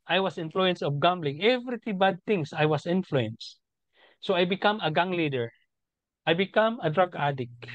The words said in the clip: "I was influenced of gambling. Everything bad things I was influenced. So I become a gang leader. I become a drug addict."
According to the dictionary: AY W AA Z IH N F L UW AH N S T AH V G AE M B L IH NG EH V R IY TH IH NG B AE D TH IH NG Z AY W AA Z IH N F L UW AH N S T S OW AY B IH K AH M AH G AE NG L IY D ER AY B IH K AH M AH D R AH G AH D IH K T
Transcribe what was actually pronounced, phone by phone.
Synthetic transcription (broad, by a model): AY W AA S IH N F L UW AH N S AH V G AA M B L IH NG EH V R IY T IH B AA D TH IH NG S AY W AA S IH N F L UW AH N S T S OW AY B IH K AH M AH G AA NG L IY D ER AY B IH K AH M AH D R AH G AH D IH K